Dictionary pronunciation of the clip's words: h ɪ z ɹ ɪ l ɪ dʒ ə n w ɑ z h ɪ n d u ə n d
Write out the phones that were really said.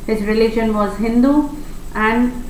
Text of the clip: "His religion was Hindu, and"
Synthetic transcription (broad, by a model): h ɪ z ɹ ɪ l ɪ ʃ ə n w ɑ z h ɪ n d u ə n d